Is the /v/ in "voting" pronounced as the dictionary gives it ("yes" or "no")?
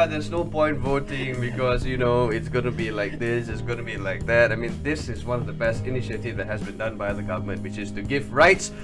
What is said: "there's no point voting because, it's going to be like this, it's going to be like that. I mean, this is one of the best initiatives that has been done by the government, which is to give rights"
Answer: yes